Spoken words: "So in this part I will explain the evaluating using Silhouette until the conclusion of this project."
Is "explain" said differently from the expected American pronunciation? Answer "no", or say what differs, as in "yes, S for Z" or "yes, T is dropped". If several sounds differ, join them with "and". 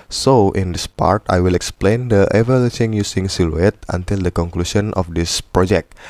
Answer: no